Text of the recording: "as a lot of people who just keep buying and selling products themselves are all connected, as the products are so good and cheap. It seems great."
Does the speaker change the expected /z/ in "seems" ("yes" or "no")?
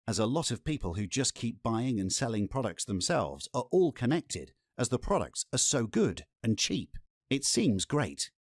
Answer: no